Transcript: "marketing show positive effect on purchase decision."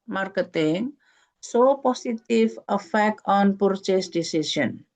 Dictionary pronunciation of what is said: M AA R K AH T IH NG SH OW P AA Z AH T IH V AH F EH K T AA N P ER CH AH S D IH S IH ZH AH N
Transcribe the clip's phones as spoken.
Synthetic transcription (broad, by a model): M AA R K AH T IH NG S OW P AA S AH T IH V AH F EH K T AA N P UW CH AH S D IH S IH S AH N